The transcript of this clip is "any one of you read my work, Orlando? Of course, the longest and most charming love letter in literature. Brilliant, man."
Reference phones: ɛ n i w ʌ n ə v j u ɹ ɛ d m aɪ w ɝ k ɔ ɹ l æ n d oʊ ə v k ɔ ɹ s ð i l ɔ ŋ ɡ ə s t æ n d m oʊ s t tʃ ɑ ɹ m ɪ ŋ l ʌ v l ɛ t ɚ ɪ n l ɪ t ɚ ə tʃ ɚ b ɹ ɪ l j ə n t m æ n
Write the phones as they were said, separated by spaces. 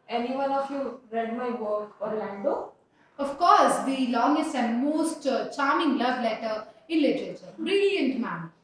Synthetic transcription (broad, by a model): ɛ n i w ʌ n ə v j u ɹ ɛ d m aɪ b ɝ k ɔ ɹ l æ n d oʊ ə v k ɔ ɹ s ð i l ɔ ŋ ɡ ə s t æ n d m oʊ s t tʃ ɑ ɹ m ɪ ŋ l ʌ v l ɛ t ɚ ɪ n l ɪ t ɚ ə tʃ ɚ b ɹ ɪ l j ə n t m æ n